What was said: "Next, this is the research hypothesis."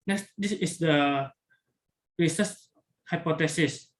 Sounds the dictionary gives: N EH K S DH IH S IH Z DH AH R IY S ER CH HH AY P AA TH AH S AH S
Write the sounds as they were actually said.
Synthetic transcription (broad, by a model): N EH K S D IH S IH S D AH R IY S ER S HH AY P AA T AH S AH S